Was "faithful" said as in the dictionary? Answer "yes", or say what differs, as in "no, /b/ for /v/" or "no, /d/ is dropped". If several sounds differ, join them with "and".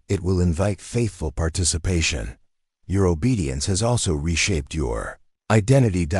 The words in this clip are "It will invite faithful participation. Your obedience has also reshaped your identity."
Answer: yes